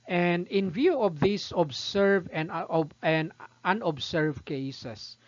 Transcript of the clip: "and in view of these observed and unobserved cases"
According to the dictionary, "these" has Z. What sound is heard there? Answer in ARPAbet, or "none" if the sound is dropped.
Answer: S